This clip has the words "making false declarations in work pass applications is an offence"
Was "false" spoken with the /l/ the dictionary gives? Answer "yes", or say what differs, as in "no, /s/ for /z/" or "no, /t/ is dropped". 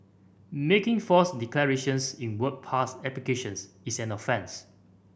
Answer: no, /l/ is dropped